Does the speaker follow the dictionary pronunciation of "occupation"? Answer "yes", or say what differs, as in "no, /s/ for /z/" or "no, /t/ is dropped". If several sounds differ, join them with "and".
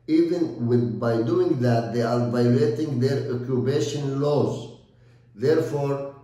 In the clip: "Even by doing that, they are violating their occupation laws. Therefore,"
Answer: no, /b/ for /p/